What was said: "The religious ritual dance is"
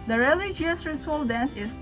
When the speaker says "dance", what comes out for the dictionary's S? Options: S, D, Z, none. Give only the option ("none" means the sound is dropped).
S